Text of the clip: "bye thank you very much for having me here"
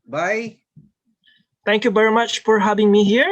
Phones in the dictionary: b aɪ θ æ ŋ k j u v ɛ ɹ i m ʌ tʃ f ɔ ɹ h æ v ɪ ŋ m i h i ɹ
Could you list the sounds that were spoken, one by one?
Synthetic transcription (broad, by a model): b aɪ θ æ ŋ k j u v ɛ ɹ i m ʌ tʃ f ɔ ɹ h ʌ b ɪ ŋ m i h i ɹ